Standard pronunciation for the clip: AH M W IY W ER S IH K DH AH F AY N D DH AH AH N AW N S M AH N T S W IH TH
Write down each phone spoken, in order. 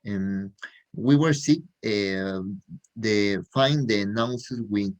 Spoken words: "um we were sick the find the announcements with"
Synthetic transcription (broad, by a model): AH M W IY W ER S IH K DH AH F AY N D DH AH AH N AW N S AH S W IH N